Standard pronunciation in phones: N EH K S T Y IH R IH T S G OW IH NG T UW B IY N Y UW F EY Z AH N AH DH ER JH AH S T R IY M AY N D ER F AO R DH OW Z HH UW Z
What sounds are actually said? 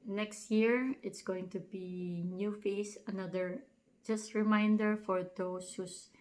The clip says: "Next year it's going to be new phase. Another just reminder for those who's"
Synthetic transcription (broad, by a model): N EH K S T Y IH R IH T S G OW IH NG T UW B IY N Y UW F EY S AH N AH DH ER JH AH S T R IY M AY N D ER F AO R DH OW S HH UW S